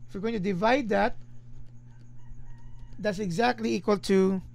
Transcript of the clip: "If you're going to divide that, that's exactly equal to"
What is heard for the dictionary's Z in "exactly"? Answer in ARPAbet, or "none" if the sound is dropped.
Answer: Z